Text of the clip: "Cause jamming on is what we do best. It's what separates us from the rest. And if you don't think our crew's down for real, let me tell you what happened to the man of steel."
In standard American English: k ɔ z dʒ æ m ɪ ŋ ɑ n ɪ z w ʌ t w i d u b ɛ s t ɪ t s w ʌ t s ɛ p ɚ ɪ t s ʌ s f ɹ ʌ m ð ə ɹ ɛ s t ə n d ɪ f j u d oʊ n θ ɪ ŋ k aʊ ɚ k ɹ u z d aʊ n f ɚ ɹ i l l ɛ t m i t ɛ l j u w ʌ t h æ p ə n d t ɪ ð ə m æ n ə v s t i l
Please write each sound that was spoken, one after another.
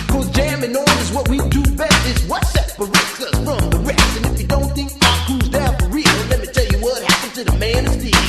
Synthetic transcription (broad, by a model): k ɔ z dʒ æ m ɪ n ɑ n ɪ z w ʌ t w i d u b ɛ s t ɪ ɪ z w ʌ t s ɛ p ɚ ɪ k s ʌ s f ɹ ʌ m ð ə ɹ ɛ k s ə n ɪ f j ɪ d oʊ n θ ɪ ŋ k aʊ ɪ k u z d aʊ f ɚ ɹ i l l ɛ t m i t ɛ l j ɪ w ʌ t h æ p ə n t ɪ ð ə m æ n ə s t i